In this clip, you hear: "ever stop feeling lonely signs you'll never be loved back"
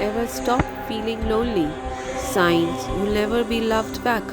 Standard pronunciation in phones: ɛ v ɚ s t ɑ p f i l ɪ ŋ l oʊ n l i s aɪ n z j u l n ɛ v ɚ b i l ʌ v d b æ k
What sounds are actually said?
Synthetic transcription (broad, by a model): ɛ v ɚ s t ɑ p f i l ɪ ŋ l oʊ l i s aɪ n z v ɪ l n ɛ v ɚ b i l ʌ v d b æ k